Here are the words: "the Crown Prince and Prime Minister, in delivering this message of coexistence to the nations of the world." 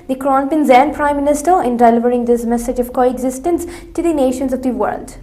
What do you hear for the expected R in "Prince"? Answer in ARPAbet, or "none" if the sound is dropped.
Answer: none